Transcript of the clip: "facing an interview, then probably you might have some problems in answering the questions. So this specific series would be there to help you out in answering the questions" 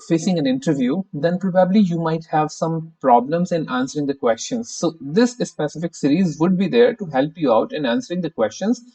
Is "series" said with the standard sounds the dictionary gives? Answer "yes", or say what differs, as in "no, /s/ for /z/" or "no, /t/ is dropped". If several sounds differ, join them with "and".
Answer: yes